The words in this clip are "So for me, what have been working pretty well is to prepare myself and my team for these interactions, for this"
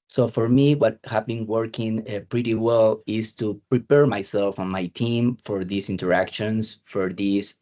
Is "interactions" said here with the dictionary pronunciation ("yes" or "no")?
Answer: no